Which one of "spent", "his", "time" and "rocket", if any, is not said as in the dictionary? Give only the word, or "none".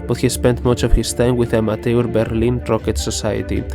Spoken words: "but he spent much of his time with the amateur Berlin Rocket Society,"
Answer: his